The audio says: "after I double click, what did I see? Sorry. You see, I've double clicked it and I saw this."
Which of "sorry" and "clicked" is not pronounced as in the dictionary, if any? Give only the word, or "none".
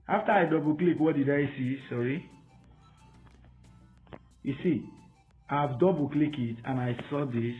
clicked